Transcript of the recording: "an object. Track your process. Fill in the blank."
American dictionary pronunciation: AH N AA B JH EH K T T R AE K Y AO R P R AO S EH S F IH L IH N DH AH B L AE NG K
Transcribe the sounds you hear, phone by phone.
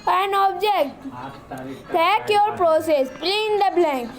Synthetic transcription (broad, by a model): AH N AA B JH EH K T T AE K Y AO R P R AO S EH S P L IH N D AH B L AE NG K